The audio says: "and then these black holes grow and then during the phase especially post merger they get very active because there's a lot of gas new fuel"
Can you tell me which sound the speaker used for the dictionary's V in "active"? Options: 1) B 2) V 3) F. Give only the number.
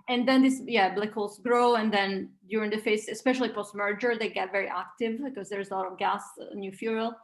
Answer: 2